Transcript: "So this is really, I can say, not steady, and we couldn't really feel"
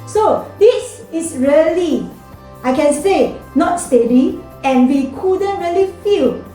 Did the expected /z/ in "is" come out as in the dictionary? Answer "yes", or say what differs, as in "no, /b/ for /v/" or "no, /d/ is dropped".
no, /s/ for /z/